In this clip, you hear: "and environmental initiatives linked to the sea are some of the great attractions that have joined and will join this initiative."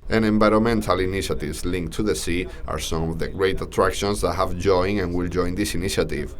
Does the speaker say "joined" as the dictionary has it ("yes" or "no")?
no